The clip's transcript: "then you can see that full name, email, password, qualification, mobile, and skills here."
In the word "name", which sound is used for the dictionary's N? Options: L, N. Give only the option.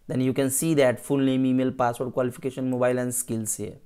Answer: L